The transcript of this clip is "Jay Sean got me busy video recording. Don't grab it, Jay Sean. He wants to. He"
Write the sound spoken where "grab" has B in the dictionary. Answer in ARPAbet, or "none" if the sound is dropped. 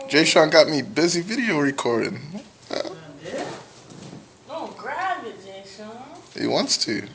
none